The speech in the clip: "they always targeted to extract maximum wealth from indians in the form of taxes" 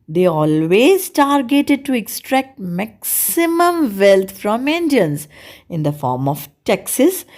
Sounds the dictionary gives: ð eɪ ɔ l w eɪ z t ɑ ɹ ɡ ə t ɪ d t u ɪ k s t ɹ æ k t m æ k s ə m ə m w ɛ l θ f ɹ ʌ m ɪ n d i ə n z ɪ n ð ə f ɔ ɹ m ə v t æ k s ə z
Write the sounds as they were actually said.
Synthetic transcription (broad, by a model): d eɪ ɔ l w eɪ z t ɑ ɹ ɡ ə t ɪ d t u ɪ k s t ɹ æ k t m æ k s ə m ə m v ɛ l t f ɹ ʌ m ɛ n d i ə n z ɪ n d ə f ɔ ɹ m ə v t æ k s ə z